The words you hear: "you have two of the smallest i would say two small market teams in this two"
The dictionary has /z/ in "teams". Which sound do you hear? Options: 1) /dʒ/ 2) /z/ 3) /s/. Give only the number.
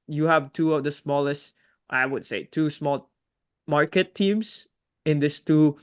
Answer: 3